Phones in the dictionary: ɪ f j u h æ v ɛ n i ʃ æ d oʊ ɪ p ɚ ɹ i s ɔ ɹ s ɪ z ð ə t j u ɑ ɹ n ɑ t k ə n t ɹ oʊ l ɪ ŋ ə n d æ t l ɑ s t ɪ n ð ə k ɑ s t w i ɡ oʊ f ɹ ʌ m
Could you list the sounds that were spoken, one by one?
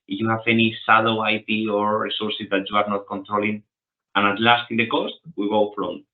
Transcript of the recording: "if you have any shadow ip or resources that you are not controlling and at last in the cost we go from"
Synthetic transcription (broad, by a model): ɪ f j u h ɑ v ɛ n i s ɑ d oʊ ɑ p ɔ ɹ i s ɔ ɹ s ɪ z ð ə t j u ɑ ɹ n ɑ t k ə n t ɹ oʊ l ɪ ŋ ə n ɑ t l ɑ s t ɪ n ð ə k ɑ s t w i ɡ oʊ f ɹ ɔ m